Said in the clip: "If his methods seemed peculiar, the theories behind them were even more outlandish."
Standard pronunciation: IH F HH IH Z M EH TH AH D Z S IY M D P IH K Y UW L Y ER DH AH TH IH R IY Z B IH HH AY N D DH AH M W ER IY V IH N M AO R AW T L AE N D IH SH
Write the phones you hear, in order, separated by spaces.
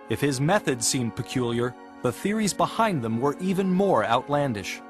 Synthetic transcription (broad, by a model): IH F HH IH Z M EH TH AH D Z S IY M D P IH K Y UW L Y ER DH AH TH IH R IY Z B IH HH AY N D DH AH M W ER IY V IH N M AO R AW T L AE N D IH SH